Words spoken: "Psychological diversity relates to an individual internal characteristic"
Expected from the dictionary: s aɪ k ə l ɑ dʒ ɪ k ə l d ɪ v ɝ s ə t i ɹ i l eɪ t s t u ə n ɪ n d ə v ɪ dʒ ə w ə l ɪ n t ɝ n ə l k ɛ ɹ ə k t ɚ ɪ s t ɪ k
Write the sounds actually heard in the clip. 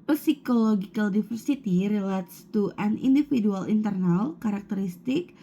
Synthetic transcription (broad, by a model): s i k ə l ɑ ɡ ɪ k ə l d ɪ f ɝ s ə t i ɹ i l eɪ t s t u ə n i n d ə f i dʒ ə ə l ɪ n t ɝ n ə l k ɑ ɹ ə k t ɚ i s t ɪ k